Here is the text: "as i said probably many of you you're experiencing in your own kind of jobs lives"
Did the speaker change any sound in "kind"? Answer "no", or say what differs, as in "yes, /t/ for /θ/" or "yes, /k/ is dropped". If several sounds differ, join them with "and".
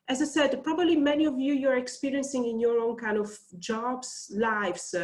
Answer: no